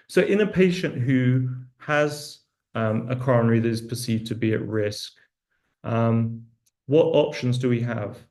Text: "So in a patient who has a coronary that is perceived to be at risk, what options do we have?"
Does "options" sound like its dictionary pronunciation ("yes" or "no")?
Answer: yes